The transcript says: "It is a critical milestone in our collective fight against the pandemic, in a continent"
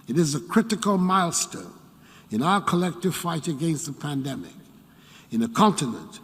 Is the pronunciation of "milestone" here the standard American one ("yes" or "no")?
yes